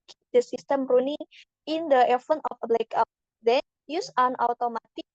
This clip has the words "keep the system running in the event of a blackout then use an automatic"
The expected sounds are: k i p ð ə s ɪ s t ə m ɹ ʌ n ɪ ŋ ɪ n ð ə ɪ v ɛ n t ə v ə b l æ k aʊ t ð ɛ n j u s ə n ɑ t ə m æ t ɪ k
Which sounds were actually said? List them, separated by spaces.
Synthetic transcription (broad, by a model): k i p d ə s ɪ s t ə m ɹ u n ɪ ŋ ɪ n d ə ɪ f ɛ n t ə f ə b l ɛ k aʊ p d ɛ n j u s ə n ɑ t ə m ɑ t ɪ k